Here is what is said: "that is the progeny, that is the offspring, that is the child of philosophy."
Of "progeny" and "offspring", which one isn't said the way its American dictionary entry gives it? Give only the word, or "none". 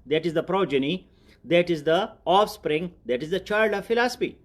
none